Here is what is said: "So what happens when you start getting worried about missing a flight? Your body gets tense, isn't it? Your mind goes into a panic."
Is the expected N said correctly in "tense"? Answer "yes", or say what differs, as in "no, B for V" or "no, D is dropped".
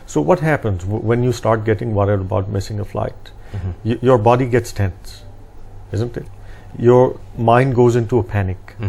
yes